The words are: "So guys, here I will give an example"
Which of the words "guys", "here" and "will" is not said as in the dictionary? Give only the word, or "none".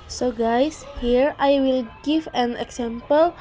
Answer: guys